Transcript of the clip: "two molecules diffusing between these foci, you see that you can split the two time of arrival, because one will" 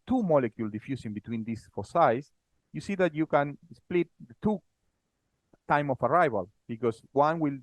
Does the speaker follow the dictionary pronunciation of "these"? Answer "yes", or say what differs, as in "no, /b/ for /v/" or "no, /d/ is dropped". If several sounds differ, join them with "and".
no, /s/ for /z/